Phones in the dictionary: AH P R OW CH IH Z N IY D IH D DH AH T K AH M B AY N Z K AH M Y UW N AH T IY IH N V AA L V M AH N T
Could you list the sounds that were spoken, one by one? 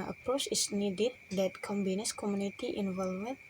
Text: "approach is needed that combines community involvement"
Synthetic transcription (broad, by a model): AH P R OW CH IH S N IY D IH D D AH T K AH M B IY N S K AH M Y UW N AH T IY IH N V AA L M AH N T